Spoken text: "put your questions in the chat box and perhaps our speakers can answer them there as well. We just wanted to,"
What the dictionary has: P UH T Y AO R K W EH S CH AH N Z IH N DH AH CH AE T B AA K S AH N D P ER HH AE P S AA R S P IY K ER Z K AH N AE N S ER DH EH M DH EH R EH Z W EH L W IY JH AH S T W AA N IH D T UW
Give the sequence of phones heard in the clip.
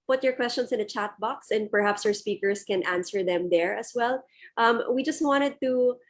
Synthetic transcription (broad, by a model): P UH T Y AO R K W EH S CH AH N S IH N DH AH CH AE T B AA K S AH N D P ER HH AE P S AA R S P IY K ER S K AH N AE N S ER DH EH M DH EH R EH S W EH L W IY JH AH S T W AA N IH D T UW